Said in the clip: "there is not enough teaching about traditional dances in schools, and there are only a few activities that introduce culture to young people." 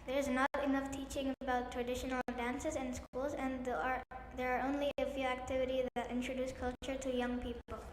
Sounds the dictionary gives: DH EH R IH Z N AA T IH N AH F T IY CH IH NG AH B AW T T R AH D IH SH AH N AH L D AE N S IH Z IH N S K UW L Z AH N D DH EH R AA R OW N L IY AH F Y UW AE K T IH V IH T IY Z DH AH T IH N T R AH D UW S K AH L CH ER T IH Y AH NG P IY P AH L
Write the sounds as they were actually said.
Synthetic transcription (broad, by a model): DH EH R IH Z N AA T IH N AH F T IY CH IH NG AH B AW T T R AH D IH SH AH N L D AE N S IH Z IH N S K UW L Z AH N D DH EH R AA R OW N L IY AH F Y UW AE K T IH V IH T IY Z DH AH T IH N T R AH D UW S K AH L CH ER T IH Y AH NG P IY P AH L